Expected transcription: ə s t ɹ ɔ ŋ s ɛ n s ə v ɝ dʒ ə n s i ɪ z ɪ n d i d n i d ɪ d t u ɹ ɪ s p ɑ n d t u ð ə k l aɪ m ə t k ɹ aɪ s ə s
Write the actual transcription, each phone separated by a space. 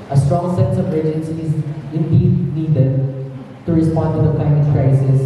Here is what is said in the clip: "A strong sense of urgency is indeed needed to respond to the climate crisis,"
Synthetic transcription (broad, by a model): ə s t ɹ ɔ ŋ s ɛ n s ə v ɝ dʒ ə n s i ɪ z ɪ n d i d n i d ɪ d t u ɹ ɪ s p ɑ n d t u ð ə k aɪ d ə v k ɹ aɪ s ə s